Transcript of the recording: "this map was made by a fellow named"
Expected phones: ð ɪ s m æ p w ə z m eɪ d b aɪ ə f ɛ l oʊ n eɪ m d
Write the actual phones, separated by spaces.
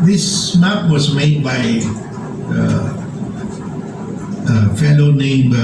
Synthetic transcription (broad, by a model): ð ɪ s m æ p w ə z m eɪ d b aɪ ə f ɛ n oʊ n eɪ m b